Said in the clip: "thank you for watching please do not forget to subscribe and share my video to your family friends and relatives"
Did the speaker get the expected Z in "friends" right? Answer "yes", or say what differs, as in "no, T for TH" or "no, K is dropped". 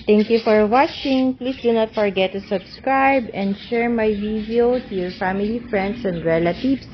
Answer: no, S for Z